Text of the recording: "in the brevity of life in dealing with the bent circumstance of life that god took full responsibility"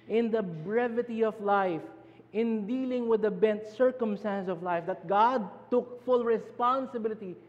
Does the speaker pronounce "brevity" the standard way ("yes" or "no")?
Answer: yes